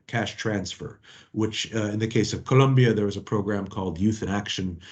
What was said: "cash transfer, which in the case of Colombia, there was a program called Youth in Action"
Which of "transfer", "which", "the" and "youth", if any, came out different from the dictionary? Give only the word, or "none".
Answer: none